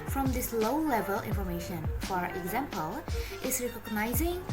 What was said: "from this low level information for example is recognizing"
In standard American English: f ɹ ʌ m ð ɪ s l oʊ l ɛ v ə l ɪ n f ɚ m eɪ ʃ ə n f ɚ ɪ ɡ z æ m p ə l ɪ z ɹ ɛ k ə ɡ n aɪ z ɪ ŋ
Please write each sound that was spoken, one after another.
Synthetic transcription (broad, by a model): f ɹ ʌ m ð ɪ s l oʊ l ɛ v ə l ɪ n f ɚ m eɪ ʃ ə n f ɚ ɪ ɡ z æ m p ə l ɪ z ɹ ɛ k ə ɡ n aɪ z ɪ ŋ